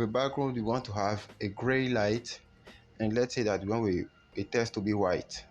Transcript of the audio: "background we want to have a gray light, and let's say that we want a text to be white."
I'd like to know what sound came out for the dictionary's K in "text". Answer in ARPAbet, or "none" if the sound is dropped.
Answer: none